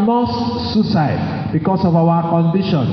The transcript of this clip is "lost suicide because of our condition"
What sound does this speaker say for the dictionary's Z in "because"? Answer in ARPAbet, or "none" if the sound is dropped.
S